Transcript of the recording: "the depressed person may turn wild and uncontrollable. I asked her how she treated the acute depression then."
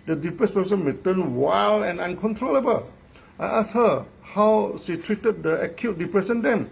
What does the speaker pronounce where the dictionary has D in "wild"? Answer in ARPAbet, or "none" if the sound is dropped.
none